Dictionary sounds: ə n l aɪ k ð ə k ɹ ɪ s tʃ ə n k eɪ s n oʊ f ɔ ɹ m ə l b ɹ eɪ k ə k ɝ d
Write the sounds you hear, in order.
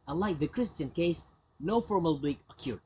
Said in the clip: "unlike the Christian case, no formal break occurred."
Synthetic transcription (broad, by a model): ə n l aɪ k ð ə k ɹ ɪ s tʃ ə n k eɪ s n oʊ f ɔ ɹ m ə l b l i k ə k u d